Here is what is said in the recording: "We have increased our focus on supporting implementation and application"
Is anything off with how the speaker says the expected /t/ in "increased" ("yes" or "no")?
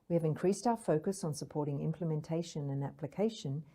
no